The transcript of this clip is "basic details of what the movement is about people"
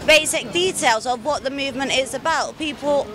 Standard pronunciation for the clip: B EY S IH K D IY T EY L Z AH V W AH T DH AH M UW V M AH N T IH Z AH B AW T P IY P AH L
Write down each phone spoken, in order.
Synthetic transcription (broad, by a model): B EY S IH K D IY T EY L Z AH V W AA T DH AH M UW V M AH N T IH Z AH B AW T P IY P AH L